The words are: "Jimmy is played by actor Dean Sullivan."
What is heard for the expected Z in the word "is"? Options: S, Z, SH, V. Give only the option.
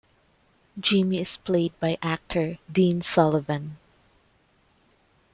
S